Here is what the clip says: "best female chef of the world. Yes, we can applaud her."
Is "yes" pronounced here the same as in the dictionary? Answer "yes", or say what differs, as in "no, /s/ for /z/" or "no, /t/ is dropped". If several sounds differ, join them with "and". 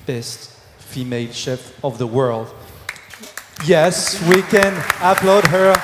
yes